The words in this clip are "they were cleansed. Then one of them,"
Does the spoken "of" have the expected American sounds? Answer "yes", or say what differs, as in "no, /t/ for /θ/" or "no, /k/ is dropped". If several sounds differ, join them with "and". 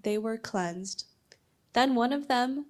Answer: yes